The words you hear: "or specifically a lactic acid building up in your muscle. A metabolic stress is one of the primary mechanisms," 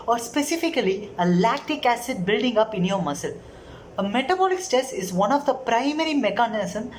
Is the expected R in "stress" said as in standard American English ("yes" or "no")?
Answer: no